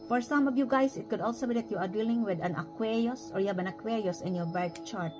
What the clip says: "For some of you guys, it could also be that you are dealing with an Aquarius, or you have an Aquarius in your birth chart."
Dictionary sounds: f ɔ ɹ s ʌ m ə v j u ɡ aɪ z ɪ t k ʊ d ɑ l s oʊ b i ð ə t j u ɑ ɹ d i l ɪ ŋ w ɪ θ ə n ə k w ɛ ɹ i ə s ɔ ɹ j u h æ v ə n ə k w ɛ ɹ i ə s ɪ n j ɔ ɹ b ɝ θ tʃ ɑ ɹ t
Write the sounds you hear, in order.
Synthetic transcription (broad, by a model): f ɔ ɹ s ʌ m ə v j u ɡ aɪ s ɪ t k ʊ d ɑ l s oʊ b i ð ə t j u ɑ ɹ d i l ɪ ŋ w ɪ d ə n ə k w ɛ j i s ɔ ɹ j u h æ b ə n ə k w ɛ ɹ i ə s ɪ n j ɔ ɹ b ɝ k tʃ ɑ ɹ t